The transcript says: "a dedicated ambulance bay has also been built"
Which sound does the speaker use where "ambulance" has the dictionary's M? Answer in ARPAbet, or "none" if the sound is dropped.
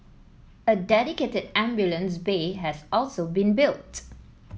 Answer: M